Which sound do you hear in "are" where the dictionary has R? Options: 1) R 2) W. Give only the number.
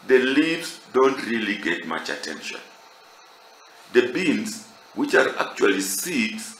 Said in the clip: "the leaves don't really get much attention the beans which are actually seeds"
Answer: 1